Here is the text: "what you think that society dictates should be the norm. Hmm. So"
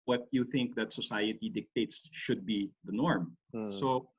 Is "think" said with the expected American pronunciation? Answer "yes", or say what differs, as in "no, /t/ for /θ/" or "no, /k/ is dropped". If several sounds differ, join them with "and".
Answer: yes